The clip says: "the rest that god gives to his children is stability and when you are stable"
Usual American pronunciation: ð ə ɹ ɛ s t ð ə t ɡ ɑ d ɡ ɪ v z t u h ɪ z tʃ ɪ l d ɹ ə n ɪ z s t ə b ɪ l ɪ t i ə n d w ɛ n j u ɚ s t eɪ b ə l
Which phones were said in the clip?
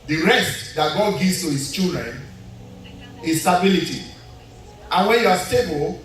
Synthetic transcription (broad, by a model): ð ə ɹ ɛ s t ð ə t ɡ ɑ d ɡ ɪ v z t u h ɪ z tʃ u d ɹ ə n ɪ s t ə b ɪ l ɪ t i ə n w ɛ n j u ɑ s t eɪ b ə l